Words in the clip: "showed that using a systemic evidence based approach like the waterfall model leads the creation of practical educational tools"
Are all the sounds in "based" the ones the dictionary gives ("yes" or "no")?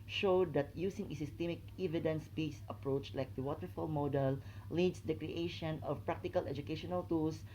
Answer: no